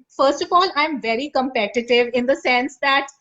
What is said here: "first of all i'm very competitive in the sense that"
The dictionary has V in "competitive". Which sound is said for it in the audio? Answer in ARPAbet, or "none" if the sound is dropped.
V